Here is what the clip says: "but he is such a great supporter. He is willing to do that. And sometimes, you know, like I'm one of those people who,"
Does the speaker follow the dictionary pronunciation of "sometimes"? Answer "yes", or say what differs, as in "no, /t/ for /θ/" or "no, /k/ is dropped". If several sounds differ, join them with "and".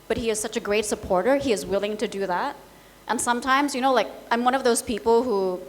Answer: yes